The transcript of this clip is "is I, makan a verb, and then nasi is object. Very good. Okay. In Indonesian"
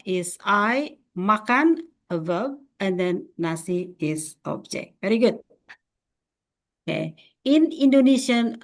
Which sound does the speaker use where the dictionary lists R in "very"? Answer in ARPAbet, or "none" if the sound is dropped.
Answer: R